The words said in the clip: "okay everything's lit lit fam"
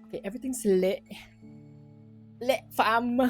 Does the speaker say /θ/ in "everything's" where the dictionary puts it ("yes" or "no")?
no